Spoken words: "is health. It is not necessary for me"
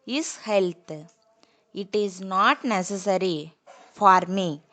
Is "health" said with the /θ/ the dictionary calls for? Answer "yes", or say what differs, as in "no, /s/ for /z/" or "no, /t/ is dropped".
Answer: no, /t/ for /θ/